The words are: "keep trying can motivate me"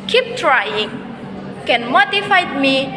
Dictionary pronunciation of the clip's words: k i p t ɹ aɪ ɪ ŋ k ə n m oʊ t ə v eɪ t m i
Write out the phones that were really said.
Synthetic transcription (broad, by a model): k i p t ɹ aɪ ɪ ŋ k ə n m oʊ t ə f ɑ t m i